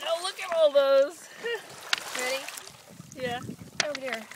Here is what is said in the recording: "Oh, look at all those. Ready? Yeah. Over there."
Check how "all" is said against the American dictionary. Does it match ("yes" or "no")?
yes